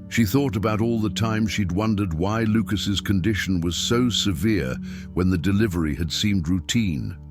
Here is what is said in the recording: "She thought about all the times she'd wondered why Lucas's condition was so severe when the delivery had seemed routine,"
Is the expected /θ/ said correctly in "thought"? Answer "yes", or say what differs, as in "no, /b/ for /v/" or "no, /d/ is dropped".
yes